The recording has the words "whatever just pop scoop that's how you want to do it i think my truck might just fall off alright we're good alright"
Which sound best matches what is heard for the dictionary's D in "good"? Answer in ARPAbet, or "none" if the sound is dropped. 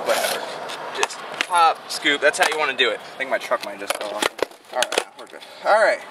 none